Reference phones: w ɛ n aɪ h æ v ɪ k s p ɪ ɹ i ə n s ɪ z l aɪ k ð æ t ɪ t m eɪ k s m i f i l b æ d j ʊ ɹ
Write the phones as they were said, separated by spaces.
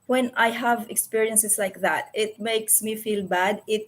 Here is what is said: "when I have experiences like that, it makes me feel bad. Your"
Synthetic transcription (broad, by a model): w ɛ n aɪ h æ v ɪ k s p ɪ ɹ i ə n s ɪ s l aɪ k ð æ t ɪ t m eɪ k s m i f i l b æ d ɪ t